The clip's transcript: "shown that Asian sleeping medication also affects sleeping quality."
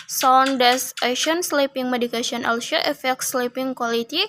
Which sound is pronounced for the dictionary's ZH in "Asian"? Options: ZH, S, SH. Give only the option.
SH